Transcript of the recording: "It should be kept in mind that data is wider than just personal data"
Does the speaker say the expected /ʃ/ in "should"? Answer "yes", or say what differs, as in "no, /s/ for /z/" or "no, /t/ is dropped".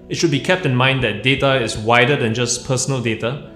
yes